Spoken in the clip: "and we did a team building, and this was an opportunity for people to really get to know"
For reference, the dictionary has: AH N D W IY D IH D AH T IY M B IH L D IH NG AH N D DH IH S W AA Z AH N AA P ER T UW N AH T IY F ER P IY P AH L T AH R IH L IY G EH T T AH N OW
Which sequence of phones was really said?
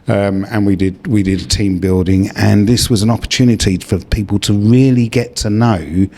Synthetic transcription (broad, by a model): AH N D W IY D IH D AH T IY M B IH L D IH NG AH N DH IH S W AA Z AH N AA P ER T UW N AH T IY F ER P IY P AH L T AH R IH L IY G EH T T AH N OW